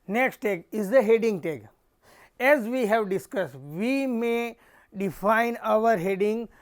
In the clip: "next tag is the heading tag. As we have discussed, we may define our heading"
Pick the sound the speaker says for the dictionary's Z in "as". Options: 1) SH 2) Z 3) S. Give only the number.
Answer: 2